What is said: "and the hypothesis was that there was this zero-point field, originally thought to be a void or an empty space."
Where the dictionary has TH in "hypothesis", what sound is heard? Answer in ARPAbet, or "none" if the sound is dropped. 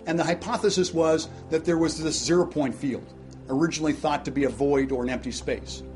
TH